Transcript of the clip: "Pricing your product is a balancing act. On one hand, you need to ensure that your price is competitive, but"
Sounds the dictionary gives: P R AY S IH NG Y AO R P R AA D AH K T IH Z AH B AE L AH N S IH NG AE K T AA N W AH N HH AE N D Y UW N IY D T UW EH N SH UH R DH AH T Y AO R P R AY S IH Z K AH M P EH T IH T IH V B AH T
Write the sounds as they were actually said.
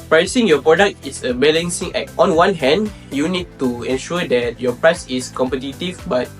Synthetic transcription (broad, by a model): P R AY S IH NG Y AO P R AA D AH K T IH S AH B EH L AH N S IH NG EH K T AA N W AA N HH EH N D Y UW N IY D T UW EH N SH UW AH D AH T Y AO P R AY S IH S K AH M P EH T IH T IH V B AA T